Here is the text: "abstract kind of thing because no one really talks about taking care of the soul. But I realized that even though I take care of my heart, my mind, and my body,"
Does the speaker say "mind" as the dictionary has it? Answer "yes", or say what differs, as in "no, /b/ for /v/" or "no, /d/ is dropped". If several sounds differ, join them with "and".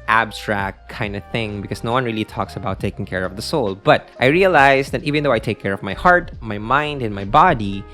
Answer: yes